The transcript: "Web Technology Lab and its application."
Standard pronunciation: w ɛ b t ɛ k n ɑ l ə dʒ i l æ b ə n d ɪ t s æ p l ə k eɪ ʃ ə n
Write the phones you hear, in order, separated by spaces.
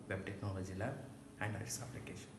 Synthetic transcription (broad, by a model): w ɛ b t ɛ k n ɑ l ə dʒ i l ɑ ə n d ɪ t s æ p l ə k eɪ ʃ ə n